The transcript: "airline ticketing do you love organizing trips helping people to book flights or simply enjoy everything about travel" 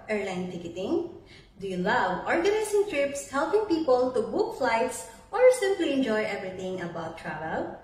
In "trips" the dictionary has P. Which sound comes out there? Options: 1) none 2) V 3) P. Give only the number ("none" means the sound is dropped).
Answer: 3